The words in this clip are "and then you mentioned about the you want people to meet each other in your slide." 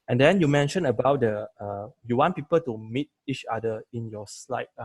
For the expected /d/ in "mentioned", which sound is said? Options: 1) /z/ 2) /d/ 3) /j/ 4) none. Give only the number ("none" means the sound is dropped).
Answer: 4